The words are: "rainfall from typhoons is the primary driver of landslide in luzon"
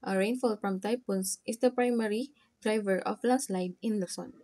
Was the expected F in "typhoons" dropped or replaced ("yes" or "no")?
yes